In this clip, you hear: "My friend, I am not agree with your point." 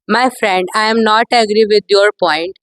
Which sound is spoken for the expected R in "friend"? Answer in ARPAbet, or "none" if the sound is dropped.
R